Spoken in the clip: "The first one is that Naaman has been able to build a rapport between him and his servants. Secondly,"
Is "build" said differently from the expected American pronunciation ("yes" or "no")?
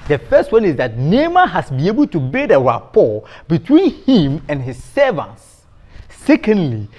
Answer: yes